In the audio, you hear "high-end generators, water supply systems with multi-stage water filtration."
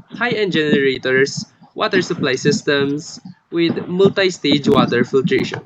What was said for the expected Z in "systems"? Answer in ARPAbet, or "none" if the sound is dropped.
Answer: S